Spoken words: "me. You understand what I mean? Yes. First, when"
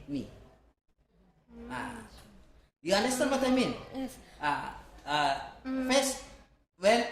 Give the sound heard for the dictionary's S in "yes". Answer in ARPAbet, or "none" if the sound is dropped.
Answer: none